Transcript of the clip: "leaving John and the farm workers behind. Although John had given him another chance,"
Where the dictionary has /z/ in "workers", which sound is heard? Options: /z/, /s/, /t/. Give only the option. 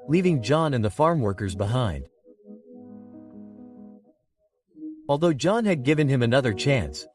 /z/